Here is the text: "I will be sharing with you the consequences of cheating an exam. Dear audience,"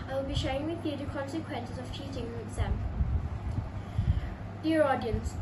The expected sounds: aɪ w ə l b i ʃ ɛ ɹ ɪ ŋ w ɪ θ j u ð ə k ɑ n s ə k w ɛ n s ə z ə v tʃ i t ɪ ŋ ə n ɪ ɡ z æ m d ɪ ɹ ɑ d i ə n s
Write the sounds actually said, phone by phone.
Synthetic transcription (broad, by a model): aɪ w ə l b i ʃ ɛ ɪ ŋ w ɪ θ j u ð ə k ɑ n s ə k w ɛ n s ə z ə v tʃ i t ɪ ŋ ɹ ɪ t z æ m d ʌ ɹ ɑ d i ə n s